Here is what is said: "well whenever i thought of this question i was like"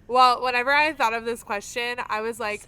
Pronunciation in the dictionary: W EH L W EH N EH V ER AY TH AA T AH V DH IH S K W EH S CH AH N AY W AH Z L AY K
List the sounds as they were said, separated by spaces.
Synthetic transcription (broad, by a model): W EH L W EH N EH V ER AY TH AA T AH V DH IH S K W EH S CH AH N AY W AH Z L AY K